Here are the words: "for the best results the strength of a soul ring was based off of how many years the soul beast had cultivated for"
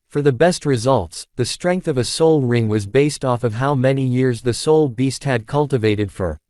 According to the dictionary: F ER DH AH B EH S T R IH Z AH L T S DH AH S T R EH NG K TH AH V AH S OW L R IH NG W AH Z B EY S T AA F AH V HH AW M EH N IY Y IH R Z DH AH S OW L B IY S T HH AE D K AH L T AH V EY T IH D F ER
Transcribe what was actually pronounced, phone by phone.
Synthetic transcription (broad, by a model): F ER DH AH B EH S T R IH Z AH L T S DH AH S T R EH NG K TH AH V AH S OW L R IH NG W AH Z B EY S T AA F AH V HH AW M EH N IY Y IH R Z DH AH S OW L B IY S T HH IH D K AH L T AH V EY T IH D F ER